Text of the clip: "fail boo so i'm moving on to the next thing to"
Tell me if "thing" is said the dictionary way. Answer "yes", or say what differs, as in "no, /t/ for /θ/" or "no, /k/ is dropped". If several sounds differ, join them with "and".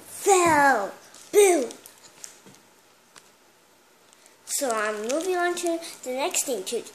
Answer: no, /t/ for /θ/